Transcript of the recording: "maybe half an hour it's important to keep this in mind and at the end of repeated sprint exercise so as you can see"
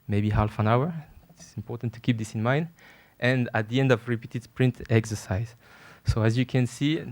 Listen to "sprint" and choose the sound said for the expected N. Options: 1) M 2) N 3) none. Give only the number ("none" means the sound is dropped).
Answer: 2